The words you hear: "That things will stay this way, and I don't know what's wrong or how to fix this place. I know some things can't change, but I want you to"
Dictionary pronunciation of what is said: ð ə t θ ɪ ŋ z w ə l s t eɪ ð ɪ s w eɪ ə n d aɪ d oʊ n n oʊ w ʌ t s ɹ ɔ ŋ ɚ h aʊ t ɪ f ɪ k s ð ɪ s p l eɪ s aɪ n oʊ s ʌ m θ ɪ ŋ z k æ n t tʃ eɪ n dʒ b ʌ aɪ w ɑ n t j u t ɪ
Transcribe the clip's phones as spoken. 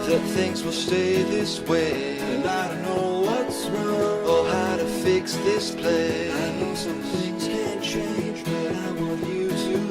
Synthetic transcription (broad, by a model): ð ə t θ ɪ ŋ z w ə l s t eɪ ð ɪ s w eɪ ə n aɪ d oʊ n n oʊ w ʌ t s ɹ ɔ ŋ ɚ h aʊ t ɪ f ɪ k s ð ɪ s p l eɪ ɪ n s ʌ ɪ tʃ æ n tʃ eɪ n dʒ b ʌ aɪ w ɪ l j u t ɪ